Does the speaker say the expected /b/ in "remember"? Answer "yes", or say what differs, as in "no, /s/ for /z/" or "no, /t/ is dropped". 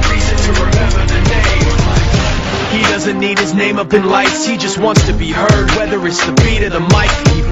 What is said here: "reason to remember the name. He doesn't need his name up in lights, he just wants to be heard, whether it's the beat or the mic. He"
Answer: no, /b/ is dropped